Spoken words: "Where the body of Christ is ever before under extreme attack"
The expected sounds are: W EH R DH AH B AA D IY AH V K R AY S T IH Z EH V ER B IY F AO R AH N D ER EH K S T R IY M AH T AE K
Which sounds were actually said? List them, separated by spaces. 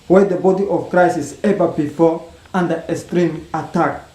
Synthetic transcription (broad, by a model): W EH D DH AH B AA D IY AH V K R AY S IH S EH V ER B IY F AO R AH N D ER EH S T R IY M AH T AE K